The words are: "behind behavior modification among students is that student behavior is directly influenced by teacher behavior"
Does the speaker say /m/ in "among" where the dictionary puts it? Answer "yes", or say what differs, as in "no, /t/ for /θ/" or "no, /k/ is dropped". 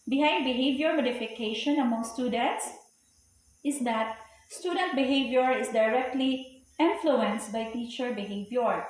yes